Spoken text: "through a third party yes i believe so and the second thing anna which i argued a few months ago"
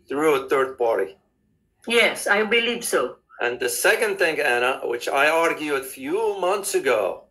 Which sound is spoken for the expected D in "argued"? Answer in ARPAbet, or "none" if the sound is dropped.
none